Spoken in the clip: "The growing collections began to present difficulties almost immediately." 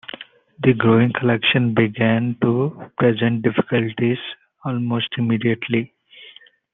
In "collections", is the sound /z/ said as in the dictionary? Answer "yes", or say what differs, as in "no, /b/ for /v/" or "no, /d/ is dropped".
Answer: no, /z/ is dropped